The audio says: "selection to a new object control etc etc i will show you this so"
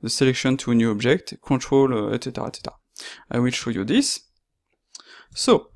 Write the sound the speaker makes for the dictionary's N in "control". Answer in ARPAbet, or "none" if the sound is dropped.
none